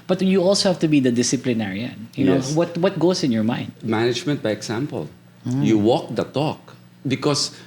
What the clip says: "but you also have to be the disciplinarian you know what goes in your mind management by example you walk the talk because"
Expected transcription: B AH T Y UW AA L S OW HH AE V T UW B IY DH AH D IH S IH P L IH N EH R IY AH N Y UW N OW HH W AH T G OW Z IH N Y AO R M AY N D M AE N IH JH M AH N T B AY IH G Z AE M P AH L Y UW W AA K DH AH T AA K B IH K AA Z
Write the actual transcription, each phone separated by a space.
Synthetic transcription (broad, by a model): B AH T Y UW AA L S OW HH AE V T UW B IY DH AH D IH S IH P L IH N EH R IY AH N Y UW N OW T W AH T G OW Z IH N Y AO R M AY N D M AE N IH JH M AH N T B AY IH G S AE M P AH L Y UW W AA K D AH T AA K B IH K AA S